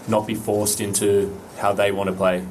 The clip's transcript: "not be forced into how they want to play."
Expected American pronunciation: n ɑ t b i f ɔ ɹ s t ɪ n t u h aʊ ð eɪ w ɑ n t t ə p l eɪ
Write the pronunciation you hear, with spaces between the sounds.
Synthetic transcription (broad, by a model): n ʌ t b i f ɔ ɹ s t ɪ n t u h aʊ ð eɪ w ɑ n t t ə p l eɪ